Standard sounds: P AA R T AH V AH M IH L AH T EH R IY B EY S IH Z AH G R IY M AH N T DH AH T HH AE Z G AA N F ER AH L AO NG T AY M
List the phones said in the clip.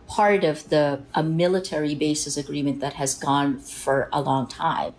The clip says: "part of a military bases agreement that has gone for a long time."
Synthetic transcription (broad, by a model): P AA R T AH V AH M IH L AH T EH R IY B EY S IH S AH G R IY M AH N DH AH T HH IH Z G AA N F ER AH L AO NG T AY M